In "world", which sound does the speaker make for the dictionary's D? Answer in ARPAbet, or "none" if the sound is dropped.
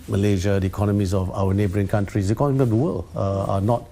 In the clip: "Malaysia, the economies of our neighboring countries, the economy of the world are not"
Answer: none